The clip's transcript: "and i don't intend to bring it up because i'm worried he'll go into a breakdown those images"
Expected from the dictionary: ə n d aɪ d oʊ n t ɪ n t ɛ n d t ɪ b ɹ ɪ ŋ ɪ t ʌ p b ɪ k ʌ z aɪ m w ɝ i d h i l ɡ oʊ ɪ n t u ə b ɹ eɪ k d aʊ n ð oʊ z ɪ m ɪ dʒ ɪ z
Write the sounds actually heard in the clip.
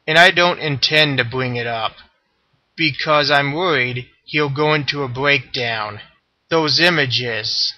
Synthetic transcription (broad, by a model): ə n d aɪ d oʊ n t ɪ n t ɛ n t ɪ b ɹ ɪ ŋ ɪ t ʌ p b ɪ k ʌ z aɪ m w ɝ i d h i l ɡ oʊ ɪ n t u ə b ɹ eɪ k d aʊ n ð oʊ z ɪ m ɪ dʒ ɪ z